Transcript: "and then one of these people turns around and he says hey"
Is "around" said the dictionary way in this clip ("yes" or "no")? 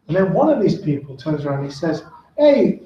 no